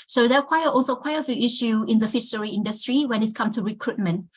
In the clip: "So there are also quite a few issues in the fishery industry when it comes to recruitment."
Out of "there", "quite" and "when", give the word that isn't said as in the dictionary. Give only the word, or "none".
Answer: there